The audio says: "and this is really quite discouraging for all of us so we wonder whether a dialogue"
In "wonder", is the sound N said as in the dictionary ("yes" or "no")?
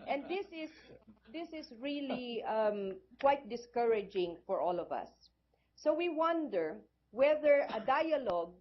yes